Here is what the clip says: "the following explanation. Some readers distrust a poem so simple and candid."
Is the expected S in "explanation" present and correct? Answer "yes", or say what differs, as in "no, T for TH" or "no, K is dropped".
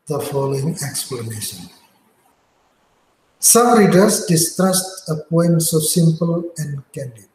yes